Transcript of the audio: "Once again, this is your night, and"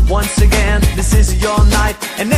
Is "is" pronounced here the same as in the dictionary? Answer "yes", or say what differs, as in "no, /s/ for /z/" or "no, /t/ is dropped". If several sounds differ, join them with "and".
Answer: yes